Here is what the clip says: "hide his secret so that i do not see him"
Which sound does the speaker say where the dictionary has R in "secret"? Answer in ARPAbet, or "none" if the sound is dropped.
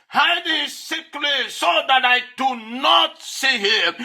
L